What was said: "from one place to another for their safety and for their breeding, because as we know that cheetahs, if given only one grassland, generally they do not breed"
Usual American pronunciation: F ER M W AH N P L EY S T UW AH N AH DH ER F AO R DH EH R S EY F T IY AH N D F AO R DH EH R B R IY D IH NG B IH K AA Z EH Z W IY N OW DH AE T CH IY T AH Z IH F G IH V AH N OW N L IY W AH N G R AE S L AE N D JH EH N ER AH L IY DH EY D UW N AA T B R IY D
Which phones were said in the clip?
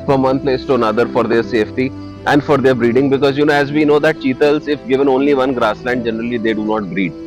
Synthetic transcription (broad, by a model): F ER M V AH N P L EY S T UW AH N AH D ER F AO R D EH R S EY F T IY AH N D F AO R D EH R B R IY D IH NG B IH K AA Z EH Z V IY N OW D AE T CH IY T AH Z IH F G IH V AH N OW N L IY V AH N G R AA S L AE N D JH EH N ER AH L IY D EY D UW N AA T B R IY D